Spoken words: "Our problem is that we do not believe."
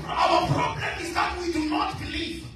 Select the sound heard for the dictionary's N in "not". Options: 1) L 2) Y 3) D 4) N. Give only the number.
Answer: 4